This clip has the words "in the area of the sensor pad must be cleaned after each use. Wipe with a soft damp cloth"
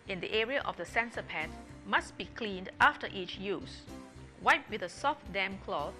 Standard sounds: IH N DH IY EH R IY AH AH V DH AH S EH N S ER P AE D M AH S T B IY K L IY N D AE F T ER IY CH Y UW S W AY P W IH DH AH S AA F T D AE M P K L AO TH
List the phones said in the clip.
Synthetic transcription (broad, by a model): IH N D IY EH R IY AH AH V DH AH S EH N S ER P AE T M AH S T B IY K L IY N D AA F T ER IY CH Y UW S W AY P W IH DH AH S AA F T D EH M K L AO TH